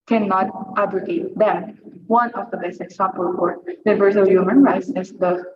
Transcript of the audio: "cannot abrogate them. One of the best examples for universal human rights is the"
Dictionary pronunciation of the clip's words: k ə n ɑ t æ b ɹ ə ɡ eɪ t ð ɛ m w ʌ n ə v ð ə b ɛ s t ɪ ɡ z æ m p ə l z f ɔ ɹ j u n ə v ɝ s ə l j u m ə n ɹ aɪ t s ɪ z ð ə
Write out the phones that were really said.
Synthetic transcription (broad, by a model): k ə n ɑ t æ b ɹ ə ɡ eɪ t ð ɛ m w ʌ n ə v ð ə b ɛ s ɪ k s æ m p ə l f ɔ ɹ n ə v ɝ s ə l j u m ə n ɹ aɪ t s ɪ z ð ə